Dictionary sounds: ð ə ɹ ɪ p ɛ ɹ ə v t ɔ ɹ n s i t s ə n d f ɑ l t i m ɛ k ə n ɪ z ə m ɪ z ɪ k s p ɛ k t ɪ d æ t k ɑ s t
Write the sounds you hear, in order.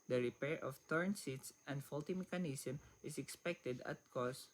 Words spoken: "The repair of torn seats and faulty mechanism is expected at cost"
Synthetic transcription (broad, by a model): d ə ɹ ɪ p ɛ ɹ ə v t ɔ ɹ n s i t s ə n d f ɑ l t i m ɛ k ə n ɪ s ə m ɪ s ɪ k s p ɛ k t ɪ d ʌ t k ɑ s